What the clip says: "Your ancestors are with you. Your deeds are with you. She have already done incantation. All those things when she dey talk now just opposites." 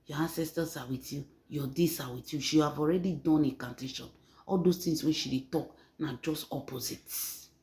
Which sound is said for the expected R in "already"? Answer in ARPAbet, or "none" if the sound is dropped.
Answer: R